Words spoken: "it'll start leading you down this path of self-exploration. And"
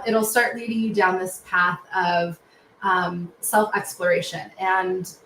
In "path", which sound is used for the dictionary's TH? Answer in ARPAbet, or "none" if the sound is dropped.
TH